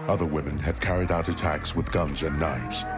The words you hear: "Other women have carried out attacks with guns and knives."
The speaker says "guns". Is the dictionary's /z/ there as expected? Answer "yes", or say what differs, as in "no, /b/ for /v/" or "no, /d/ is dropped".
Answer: yes